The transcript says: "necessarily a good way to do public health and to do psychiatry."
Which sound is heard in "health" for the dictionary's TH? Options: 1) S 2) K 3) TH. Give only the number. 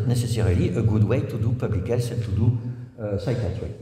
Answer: 1